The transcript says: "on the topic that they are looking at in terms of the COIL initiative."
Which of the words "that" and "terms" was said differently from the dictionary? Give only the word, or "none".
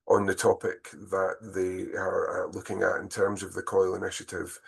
none